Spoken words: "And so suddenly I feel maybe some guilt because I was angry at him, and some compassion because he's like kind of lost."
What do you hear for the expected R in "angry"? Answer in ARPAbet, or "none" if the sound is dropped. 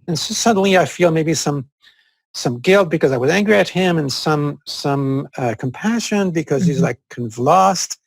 R